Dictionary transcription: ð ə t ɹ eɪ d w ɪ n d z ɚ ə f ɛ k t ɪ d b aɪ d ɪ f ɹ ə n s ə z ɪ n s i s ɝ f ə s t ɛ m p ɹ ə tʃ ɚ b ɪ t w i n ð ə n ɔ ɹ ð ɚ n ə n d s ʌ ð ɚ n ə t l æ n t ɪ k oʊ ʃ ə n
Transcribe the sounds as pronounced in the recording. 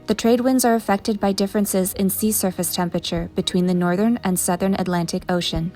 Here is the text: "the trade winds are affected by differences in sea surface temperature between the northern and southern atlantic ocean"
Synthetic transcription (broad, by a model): ð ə t ɹ eɪ d w ɪ n d z ɚ ə f ɛ k t ɪ d b aɪ d ɪ f ɹ ə n s ə z ɪ n s i s ɝ f ə s t ɛ m p ɹ ə tʃ ɚ b ɪ t w i n ð ə n ɔ ɹ ð ɚ n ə n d s ʌ ð ɚ n ə t l æ n t ɪ k oʊ ʃ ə n